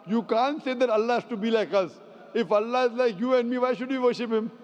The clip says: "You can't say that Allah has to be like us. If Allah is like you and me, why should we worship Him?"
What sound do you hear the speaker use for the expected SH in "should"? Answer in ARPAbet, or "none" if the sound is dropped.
SH